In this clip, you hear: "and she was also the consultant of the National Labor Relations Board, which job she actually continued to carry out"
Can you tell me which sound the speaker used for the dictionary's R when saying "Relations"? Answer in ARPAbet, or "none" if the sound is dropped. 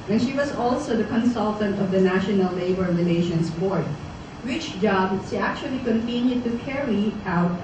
L